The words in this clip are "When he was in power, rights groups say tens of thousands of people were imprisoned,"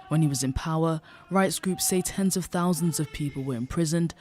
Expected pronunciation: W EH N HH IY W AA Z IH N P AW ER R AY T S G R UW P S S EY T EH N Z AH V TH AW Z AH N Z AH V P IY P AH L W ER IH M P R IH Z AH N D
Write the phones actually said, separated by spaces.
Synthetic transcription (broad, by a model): W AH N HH IY W AA Z IH N P AW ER R AY T S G R UW P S S EY T EH N Z AH V TH AW Z AH N Z AH V P IY P AH L W ER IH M P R IH Z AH N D